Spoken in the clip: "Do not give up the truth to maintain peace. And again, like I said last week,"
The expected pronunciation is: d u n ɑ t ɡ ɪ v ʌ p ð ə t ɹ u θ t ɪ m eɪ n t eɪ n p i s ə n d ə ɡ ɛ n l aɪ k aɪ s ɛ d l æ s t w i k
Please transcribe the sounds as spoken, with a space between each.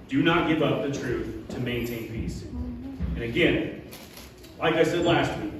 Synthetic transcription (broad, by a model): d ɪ n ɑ t ɡ ɪ v ʌ p ð ə t ɹ u θ t ɪ m eɪ n t eɪ n p i s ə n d ə ɡ ɛ n l aɪ k aɪ s ɛ d l æ s t w i k